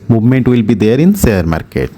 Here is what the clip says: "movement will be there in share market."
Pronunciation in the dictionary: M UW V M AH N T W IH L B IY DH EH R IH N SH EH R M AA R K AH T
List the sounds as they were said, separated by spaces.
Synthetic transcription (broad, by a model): M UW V M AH N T W IH L B IY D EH R IH N S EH R M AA R K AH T